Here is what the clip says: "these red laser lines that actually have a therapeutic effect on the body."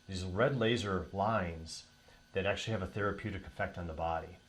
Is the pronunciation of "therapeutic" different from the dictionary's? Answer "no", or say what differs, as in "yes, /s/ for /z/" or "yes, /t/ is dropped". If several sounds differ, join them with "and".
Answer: no